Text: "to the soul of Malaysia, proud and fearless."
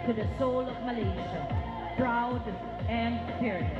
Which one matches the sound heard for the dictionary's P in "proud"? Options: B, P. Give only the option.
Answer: B